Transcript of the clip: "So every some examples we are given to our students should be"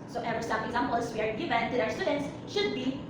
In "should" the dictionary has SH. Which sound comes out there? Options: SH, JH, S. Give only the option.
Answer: SH